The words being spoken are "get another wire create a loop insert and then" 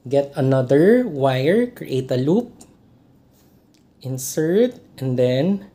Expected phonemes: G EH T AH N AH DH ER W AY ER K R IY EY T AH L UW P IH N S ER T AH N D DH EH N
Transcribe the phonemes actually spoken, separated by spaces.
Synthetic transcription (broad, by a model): G EH T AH N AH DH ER W AY ER K R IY EY T AH L UW P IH N S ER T AH N D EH N